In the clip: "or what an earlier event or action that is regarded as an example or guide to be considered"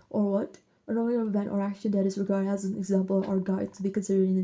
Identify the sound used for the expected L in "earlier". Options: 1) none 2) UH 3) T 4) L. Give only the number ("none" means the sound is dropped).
1